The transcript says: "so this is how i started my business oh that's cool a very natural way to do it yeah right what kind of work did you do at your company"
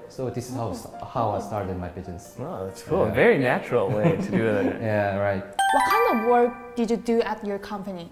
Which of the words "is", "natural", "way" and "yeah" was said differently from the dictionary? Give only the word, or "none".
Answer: is